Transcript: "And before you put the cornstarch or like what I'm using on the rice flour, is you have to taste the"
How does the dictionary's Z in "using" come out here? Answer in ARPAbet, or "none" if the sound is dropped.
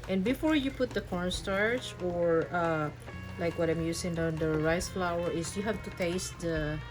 S